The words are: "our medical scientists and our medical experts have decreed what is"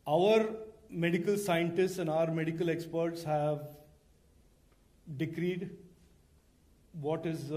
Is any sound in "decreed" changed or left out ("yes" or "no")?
no